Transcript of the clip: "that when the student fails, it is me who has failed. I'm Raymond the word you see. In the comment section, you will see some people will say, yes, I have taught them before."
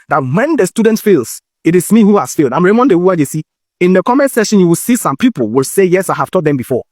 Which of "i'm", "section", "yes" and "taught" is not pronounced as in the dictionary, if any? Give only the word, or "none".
section